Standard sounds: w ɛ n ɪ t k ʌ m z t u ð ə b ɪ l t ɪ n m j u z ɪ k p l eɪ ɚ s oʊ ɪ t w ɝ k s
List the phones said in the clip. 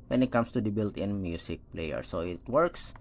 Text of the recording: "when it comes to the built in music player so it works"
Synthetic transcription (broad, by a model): w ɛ n ɪ t k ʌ m s t u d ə b ɪ l t ɪ n m j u s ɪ k p l eɪ ɚ s oʊ ɪ t w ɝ k s